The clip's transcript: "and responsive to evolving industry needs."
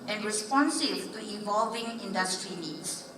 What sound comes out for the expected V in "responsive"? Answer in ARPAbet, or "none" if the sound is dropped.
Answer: B